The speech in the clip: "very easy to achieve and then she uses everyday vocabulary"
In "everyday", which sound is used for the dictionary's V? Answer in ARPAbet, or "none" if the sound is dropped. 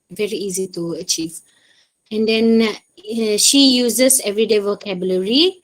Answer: V